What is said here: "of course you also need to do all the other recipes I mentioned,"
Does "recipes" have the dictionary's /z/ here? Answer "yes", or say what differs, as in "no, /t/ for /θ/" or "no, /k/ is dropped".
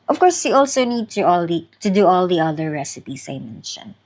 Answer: no, /s/ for /z/